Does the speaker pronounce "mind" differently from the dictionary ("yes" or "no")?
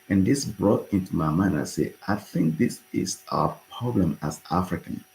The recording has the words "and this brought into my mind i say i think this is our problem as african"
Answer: yes